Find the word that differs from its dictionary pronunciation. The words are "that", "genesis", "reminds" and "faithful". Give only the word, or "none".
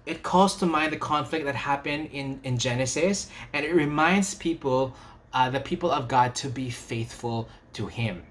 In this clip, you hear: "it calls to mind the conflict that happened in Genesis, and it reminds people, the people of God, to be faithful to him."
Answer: none